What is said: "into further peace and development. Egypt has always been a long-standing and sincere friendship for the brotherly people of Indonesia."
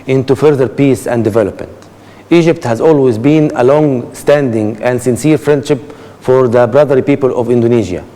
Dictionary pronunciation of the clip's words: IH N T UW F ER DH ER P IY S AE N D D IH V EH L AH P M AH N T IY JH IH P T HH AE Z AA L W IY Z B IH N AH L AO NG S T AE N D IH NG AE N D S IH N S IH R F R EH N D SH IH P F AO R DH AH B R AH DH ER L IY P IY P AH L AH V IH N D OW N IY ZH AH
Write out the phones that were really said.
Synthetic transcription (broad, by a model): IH N T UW F ER DH ER P IY S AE N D D IH V EH L AH P M AH N T IY JH IH P T HH AE Z AA L W IY Z B IH N AH L AO NG S T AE N D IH NG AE N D S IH N S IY R F R EH N D SH IH P F AO R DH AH B R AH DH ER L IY P IY P AH L AH V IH N D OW N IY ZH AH